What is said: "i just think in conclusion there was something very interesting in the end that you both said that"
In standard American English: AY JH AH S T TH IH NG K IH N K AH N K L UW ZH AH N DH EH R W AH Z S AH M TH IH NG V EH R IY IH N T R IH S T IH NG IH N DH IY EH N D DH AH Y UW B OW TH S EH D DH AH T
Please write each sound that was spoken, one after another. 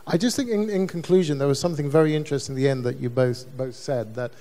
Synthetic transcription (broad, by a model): AY JH AH S T TH IH NG K IH N K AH N K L UW ZH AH N DH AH R W AH Z S AH M TH IH NG V EH R IY IH N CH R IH S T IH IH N DH IY EH N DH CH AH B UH B OW TH S EH D DH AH T